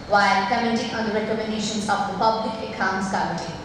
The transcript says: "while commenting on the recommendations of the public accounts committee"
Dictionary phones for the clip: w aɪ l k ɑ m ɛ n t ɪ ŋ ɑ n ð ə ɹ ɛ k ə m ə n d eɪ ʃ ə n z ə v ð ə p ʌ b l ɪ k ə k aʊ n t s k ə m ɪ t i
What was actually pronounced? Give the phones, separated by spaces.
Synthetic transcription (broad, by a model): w aɪ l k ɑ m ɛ t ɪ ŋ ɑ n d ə ɹ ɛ k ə m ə n d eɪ ʃ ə n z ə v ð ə p ʌ b l ɪ k ə k aʊ n t s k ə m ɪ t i